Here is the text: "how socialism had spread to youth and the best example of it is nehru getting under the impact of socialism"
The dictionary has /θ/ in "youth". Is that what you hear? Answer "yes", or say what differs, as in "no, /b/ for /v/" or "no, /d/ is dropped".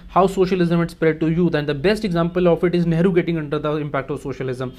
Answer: no, /t/ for /θ/